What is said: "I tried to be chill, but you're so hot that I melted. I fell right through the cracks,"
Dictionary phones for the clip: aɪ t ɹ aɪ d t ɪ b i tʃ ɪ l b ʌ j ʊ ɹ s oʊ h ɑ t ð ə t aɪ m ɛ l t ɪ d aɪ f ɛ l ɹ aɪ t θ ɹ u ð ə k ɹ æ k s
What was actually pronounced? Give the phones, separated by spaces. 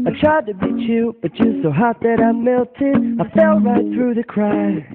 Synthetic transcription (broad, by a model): aɪ t ɹ aɪ d t ɪ b i tʃ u b ʌ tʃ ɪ s oʊ h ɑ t ð ə t aɪ m ɛ l t ɪ d aɪ f ɛ l ɹ aɪ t θ ɹ u ð ə k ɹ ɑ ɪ